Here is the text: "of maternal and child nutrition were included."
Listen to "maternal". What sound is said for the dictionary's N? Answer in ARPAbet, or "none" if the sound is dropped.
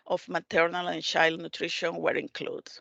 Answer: N